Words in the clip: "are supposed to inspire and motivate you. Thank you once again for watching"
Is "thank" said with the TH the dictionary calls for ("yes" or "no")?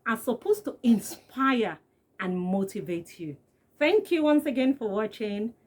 yes